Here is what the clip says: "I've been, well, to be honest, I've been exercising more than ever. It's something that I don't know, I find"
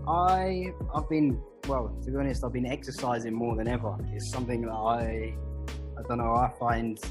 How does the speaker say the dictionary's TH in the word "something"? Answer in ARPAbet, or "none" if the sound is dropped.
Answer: TH